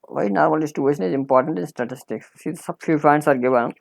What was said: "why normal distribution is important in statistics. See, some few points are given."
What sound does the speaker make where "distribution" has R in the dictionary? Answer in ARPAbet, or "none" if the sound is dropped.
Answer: none